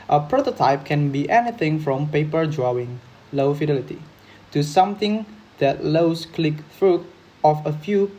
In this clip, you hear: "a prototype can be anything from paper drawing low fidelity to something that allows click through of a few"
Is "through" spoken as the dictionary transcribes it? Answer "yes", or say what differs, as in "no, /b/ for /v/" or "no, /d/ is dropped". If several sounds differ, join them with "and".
no, /f/ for /θ/